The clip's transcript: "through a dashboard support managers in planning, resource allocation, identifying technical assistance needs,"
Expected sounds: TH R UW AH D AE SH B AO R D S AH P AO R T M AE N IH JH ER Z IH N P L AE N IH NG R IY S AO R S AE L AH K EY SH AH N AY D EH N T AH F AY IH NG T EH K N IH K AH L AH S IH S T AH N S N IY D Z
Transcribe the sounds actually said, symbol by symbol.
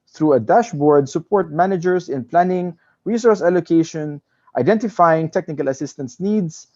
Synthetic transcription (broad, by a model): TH R UW AH D AE SH B AO R D S AH P AO R T M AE N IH JH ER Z IH N P L AE N IH NG R IY S AO R S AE L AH K EY SH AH N AY D EH N T AH F AY IH NG T EH K N IH K AH L AH S IH S T AH N S N IY D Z